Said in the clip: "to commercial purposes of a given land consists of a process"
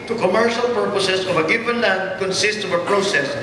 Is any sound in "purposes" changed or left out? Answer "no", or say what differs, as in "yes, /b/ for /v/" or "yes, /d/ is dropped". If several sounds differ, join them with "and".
yes, /s/ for /z/